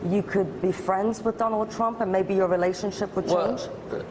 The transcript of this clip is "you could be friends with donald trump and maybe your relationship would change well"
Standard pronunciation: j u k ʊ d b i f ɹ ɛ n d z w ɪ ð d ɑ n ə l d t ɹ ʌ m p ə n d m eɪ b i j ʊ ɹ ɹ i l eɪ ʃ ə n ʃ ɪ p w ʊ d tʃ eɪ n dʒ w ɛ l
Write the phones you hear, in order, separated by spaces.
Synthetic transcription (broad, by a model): j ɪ k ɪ d b i f ɹ ɛ n d z w ɪ ð d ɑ n l d t ɹ ʌ m p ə n m eɪ b i j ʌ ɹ ɹ i l eɪ ʃ ə n ʃ ɪ p w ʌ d tʃ eɪ n dʒ